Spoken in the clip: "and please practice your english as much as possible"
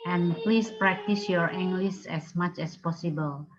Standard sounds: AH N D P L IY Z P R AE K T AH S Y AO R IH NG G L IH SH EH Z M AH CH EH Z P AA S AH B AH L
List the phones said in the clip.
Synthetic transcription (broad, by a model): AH N P L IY S P R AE K T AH S Y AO R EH NG G L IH S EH S M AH CH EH S P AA S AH B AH L